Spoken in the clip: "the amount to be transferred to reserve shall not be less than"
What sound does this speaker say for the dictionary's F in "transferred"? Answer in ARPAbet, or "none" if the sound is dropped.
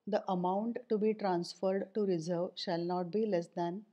F